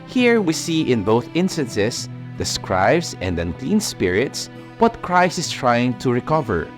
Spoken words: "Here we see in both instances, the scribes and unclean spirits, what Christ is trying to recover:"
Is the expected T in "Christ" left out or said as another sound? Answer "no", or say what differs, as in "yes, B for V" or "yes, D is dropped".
yes, T is dropped